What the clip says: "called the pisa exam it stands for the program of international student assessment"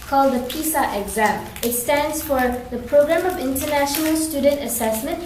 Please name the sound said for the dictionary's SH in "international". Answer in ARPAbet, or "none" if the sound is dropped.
SH